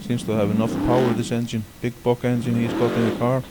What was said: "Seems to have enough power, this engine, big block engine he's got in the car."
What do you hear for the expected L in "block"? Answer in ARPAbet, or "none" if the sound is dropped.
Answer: none